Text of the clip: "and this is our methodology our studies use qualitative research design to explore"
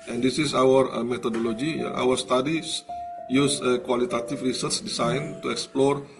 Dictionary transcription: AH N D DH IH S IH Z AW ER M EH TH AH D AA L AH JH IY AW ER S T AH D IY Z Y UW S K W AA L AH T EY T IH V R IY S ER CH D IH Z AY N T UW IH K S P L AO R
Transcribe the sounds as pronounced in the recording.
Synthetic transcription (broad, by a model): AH N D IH S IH S AW ER M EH T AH D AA L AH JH IY AW ER S T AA D IY S Y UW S K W AA L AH T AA T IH F R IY S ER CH D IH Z AY N T UW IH K S P L AO R